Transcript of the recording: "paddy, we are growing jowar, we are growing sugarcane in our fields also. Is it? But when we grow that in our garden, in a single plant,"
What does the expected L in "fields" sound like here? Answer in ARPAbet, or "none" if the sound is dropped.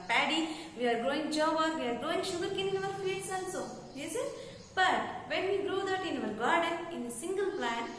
none